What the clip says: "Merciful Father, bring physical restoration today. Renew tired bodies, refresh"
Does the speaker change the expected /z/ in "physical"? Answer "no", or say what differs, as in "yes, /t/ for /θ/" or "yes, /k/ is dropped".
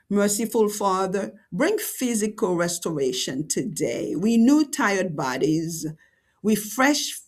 no